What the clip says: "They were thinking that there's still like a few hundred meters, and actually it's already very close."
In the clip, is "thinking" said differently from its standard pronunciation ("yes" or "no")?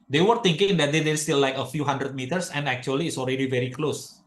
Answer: yes